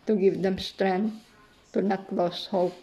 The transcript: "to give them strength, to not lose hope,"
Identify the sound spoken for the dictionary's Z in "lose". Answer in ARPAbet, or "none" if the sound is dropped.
S